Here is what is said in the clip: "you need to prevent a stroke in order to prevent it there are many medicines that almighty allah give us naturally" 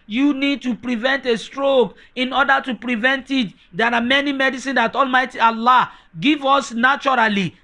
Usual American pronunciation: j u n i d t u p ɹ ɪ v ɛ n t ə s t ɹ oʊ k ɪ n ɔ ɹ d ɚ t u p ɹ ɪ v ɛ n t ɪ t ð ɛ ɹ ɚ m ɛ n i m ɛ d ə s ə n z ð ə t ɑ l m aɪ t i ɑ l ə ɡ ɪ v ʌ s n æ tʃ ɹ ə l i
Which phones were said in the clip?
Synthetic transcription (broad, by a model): j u n i d t u p ɹ ɪ v ɛ n t ə s t ɹ oʊ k ɪ n ɔ d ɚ t u p ɹ ɪ v ɛ n t ɪ t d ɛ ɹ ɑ m ɛ n i m ɛ d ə s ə n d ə t ɑ l m aɪ t i ɑ l ə ɡ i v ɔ s n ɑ tʃ ɹ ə l i